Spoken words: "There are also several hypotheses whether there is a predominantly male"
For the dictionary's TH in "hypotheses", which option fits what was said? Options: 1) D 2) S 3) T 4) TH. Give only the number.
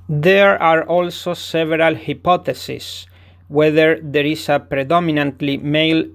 3